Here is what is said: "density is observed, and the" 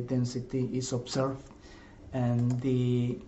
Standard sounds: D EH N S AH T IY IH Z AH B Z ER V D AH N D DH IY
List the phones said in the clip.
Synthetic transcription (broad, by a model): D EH N S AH T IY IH S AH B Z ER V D AH N D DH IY